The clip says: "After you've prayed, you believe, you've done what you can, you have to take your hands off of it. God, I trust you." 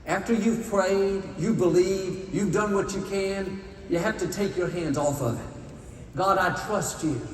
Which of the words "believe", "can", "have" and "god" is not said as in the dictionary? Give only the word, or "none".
have